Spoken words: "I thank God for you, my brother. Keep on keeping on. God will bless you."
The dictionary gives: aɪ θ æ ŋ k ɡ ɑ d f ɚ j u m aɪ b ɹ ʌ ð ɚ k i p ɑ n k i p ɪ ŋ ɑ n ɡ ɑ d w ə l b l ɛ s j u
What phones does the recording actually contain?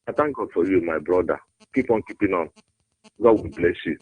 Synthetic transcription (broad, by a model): aɪ t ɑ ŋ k ɡ ɑ d f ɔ j u m aɪ b ɹ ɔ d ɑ k i p ɑ n k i p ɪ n ɑ n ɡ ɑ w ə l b l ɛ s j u